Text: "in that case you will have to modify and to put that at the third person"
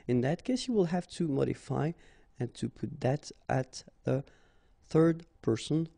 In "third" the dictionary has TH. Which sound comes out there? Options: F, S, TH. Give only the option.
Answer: TH